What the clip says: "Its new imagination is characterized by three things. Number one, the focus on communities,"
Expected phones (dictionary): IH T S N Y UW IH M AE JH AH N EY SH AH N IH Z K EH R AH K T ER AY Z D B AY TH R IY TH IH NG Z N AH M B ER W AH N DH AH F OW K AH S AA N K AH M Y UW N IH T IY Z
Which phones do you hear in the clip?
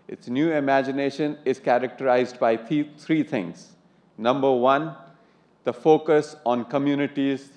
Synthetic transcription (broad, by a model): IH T S N Y UW IH M AE JH AH N EY SH AH N IH Z K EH R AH K T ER AY Z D B AY T R IY T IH NG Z N AH M B ER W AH N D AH F OW K AH S AA N K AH M Y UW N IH T IY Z